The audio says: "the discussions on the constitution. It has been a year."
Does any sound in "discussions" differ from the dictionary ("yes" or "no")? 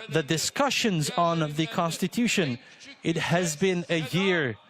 no